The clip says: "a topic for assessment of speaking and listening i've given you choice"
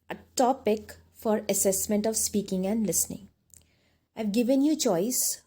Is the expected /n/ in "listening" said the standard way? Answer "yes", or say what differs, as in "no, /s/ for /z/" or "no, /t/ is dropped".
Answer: yes